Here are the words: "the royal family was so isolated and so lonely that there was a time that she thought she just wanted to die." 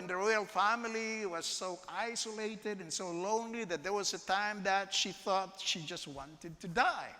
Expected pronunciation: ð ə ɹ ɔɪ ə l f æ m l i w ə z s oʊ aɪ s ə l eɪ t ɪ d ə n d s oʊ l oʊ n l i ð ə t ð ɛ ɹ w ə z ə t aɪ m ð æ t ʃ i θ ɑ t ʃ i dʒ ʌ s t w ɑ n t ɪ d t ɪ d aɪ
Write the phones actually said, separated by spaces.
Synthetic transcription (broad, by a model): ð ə ɹ ɔɪ ə l f æ m l i w ə z s oʊ aɪ s ə l eɪ t ɪ d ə n s oʊ l oʊ n l i ð ə t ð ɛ ɹ w ə z ə t aɪ m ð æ t ʃ i θ ɑ t ʃ i dʒ ʌ s t w ɑ n t ɪ d t ɪ d aɪ